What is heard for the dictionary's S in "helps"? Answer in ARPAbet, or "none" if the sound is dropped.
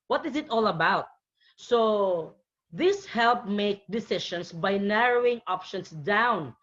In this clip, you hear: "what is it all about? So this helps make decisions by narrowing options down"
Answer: none